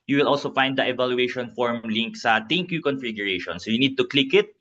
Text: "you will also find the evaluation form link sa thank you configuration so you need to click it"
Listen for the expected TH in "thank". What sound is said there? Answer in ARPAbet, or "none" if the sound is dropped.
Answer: T